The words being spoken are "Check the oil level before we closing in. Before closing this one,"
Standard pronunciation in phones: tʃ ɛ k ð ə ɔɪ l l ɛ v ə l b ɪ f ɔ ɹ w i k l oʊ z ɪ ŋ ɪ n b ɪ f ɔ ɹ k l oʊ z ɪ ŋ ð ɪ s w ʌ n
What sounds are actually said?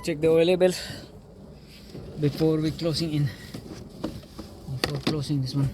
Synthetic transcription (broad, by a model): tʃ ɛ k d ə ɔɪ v l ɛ b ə l b ɪ f ɔ ɹ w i k l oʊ s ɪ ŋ ɪ n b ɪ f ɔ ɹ k l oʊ s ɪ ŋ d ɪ s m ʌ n